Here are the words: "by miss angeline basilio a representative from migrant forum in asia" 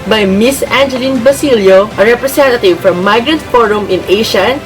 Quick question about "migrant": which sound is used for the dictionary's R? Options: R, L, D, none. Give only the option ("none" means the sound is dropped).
R